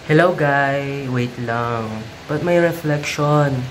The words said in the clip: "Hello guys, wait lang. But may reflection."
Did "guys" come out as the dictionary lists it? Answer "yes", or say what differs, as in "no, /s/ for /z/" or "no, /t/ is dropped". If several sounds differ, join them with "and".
no, /z/ is dropped